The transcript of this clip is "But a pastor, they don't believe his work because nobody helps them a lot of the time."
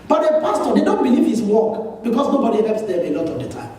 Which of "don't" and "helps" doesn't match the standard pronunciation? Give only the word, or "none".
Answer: helps